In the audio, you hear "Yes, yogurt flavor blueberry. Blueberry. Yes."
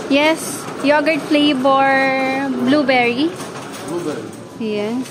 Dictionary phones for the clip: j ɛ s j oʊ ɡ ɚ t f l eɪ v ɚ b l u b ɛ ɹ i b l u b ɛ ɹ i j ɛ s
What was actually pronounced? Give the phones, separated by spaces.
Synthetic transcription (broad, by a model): j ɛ s j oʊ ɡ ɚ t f l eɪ b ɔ b l u b ɛ ɹ i b l u b ɛ ɹ i j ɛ